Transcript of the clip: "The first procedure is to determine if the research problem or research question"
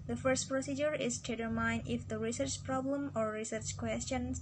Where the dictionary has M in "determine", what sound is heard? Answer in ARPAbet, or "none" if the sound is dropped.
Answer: none